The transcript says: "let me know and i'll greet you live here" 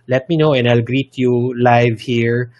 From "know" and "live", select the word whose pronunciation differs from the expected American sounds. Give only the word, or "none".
none